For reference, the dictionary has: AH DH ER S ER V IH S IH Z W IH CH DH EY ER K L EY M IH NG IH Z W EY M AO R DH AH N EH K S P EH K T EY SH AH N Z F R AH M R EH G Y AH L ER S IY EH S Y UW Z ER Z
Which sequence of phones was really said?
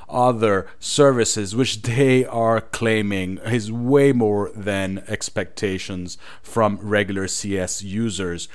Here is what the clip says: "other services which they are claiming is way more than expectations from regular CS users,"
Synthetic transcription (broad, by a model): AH DH ER S ER V IH S IH Z W IH CH DH EY ER K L EY M IH NG IH Z W EY M AO R DH AH N EH K S P EH K T EY SH AH N Z F R AH M R EH G Y L ER S IY EH S Y UW Z ER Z